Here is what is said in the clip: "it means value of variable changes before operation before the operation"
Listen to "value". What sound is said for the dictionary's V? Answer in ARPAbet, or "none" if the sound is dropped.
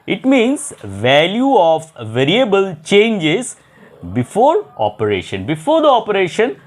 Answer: V